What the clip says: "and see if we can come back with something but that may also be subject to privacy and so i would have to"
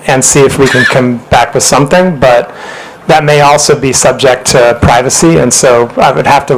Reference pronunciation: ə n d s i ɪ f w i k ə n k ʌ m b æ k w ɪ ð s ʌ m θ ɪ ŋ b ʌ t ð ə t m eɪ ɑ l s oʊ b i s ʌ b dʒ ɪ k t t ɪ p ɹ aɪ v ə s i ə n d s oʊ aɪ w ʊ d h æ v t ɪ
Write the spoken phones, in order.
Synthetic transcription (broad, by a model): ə n s i ɪ f w i k ə n k ʌ m b æ k w ɪ ð s ʌ m θ ɪ ŋ b ʌ t ð ə t m eɪ ɑ l s oʊ b i s ʌ b dʒ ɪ k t t ɪ p ɹ aɪ v ə s i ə n s oʊ aɪ w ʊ d h æ f t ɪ